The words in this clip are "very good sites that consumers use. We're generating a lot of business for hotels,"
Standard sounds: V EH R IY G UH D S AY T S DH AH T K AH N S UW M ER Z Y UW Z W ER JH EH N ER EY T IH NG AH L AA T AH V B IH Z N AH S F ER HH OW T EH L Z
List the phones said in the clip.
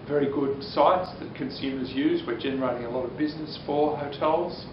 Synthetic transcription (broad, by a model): V EH R IY G UH D S AY T S DH AH T K AH N S UW M ER Z Y UW Z W ER JH EH N ER EY T IH NG AH L AA T AH V B IH Z N AH S F ER HH OW T EH L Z